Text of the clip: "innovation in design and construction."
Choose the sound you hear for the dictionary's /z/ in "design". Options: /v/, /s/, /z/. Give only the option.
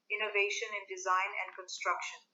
/z/